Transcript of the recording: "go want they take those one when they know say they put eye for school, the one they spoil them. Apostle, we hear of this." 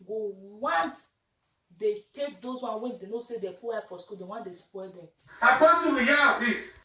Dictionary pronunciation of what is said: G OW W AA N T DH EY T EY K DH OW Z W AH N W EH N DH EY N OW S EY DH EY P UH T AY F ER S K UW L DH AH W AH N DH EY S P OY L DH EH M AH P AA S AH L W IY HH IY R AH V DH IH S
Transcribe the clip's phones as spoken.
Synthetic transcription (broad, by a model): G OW W AA N T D EY T EY K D OW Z W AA N W EH N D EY N OW S EY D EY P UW AY F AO S K UW L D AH W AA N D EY S P OY L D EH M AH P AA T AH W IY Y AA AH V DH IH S